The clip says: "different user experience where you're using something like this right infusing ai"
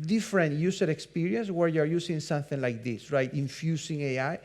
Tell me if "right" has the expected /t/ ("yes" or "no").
yes